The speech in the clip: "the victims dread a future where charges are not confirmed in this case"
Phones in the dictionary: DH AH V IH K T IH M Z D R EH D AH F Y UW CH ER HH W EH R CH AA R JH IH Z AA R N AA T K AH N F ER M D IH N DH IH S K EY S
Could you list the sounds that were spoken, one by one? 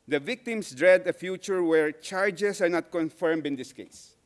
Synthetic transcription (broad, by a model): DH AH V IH K T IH M S D R EH D AH F Y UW CH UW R W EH R CH AA R JH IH S AA R N AA T K AH N F ER M D IH N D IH S K EY S